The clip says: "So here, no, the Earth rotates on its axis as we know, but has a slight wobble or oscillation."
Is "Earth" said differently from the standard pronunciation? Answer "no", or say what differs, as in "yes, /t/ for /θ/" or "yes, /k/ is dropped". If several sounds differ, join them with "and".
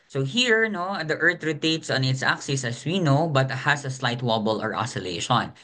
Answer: yes, /t/ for /θ/